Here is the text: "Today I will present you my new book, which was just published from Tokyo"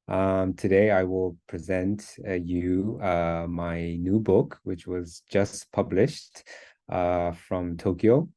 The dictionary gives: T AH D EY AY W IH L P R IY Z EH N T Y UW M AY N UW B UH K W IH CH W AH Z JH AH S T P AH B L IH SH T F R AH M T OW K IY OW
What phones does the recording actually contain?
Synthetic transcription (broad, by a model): T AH D EY AY W IH L P R IY Z EH N T Y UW M AY N UW B UH K W IH CH W AH Z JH AH S P AH B L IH SH T F R AH M T OW K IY OW